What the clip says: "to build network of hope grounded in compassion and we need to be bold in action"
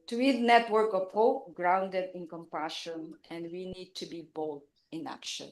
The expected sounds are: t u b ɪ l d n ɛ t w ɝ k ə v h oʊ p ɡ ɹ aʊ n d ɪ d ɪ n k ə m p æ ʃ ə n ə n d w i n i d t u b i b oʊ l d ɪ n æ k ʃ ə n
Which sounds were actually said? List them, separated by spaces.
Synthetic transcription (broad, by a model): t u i d n ɛ t w ɝ k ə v h oʊ p ɡ ɹ aʊ n d ɪ d ɪ n k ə m p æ ʃ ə n ə n d w i n i d t u b i b oʊ l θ ɪ n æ k ʃ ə n